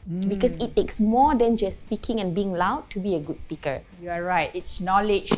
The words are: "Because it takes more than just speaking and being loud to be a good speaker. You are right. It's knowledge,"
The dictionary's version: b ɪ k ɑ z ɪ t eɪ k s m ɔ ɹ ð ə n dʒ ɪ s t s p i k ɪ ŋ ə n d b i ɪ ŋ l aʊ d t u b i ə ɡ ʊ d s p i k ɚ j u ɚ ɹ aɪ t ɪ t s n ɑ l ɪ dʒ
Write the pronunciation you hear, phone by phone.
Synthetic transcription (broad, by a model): b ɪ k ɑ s ɪ t eɪ k s m ɔ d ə n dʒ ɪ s s p i k ɪ ŋ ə n b i ɪ ŋ l aʊ d t u b i ə ɡ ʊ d s p i k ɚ j u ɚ ɹ aɪ t ɪ t s n ɑ l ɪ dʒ